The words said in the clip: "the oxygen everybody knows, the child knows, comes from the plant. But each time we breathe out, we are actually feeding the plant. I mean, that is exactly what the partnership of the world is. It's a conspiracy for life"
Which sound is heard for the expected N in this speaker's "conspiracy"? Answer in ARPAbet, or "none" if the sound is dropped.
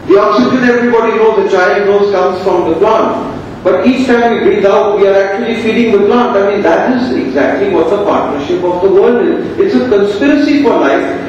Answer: N